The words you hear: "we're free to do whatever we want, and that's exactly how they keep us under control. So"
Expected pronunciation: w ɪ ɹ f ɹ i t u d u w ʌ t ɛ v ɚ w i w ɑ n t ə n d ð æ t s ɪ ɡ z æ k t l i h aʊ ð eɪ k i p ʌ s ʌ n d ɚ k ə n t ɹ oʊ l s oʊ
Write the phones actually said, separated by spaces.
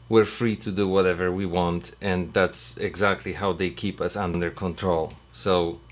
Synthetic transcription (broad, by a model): w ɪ ɹ f ɹ i t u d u w ʌ t ɛ v ɚ w i w ɑ n t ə n ð æ t s ɪ ɡ z æ k t l i h aʊ ð eɪ k i p ʌ s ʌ n d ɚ k ə n t ɹ oʊ l s oʊ